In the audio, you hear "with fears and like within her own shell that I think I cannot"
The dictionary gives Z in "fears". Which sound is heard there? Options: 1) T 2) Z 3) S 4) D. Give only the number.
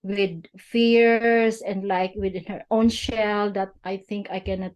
3